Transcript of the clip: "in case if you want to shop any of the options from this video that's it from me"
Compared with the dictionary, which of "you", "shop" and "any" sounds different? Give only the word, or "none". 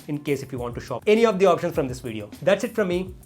none